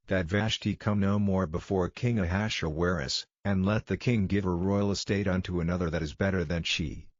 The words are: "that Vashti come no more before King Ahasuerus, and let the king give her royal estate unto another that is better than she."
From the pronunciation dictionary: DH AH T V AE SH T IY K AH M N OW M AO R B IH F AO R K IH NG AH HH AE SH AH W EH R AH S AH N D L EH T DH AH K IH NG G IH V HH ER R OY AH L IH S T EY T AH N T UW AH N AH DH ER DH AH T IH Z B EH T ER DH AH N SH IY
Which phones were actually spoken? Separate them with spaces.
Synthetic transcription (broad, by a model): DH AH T V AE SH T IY K AH M N OW M AO R B IH F AO R K IH NG AH HH AE SH AH W EH R AH S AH N L EH T DH AH K IH NG G IH V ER R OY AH L IH S T EY T AH N T UW AH N AH DH ER DH AH T IH Z B EH T ER DH AH N SH IY